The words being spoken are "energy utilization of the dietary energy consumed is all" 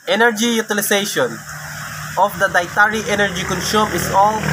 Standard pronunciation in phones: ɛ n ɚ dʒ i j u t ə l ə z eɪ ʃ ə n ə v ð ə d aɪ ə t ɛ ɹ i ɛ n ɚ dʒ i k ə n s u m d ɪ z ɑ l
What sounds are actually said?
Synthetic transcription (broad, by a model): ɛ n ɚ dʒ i j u t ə l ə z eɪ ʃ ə n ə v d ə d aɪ t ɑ ɹ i ɛ n ɚ dʒ i k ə n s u m ɪ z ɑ l